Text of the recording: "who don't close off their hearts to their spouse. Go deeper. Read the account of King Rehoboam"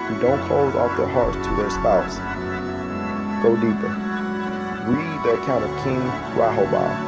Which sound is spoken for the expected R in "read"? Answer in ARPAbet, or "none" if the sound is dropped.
W